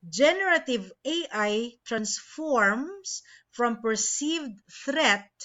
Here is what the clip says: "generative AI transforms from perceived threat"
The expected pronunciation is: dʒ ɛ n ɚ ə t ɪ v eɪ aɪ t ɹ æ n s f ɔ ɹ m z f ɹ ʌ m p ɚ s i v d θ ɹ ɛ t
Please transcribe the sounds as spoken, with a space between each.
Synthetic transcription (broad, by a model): dʒ ɛ n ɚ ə t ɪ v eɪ aɪ t ɹ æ n s f ɔ ɹ m s f ɹ ʌ m p ɚ s i v d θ ɹ ɛ t